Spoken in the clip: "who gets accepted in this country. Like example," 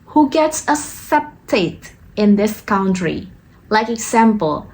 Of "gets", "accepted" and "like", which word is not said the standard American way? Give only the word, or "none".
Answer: accepted